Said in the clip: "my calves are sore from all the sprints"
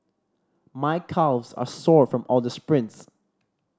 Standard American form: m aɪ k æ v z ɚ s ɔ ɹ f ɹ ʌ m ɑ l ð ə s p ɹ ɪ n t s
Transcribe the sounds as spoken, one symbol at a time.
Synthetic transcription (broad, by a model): m aɪ k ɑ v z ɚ s ɔ ɹ f ɹ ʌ m ɑ l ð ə s p ɹ ɪ n t s